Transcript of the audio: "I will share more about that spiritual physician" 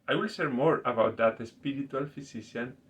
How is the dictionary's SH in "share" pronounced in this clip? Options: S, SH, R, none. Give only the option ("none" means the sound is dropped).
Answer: S